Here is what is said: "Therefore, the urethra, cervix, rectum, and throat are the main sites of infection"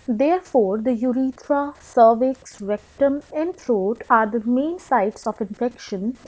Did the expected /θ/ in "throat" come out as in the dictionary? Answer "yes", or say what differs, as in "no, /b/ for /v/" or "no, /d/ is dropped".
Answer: no, /f/ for /θ/